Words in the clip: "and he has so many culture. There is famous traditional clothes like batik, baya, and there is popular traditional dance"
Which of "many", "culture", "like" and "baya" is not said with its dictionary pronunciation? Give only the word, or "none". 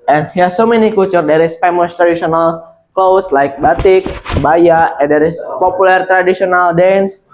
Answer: culture